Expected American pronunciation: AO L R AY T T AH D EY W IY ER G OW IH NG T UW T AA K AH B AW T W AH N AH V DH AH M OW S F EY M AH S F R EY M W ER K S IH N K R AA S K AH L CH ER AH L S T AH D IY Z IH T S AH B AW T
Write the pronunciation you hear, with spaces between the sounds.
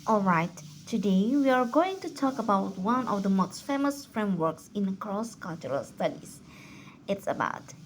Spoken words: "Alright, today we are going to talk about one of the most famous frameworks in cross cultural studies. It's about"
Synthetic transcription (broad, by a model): AO L R AY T T AH D EY W IY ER G OW IH NG T UW T AA K AH B AW T W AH N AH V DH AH M OW S F EY M AH S F R EY M W ER K S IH N K R AA S K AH L CH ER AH L S T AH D IY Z IH T S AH B AW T